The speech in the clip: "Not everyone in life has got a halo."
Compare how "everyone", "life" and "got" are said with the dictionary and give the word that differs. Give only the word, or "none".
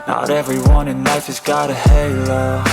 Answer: none